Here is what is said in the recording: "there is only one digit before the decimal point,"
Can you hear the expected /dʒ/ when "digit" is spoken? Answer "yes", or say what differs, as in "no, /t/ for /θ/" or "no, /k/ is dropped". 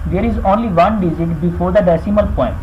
no, /z/ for /dʒ/